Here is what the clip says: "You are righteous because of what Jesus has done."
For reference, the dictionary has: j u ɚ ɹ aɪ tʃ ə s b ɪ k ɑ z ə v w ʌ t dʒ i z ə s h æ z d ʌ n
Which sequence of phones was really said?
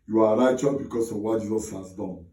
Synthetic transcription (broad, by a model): j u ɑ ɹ aɪ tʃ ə b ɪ k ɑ s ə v w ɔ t dʒ i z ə s h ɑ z d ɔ n